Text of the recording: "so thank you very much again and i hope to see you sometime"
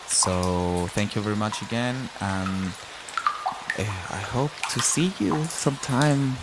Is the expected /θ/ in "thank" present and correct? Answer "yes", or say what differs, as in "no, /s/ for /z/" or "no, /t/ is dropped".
yes